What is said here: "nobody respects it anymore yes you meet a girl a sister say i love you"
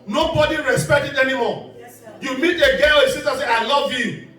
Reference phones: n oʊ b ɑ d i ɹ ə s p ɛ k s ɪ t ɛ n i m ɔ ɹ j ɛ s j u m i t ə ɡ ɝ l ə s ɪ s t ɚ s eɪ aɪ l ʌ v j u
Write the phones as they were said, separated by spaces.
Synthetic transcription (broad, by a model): n oʊ b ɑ d i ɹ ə s p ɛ k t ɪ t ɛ n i m ɔ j j u m i t ə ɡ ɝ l ə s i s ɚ s eɪ aɪ l ʌ v j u